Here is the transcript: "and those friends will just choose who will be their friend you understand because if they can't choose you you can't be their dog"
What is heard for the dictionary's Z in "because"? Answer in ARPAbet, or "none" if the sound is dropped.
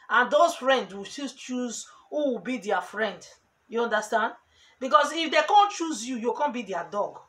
S